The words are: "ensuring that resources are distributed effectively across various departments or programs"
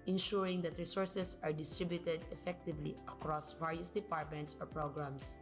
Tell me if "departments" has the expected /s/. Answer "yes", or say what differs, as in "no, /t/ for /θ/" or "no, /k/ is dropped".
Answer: yes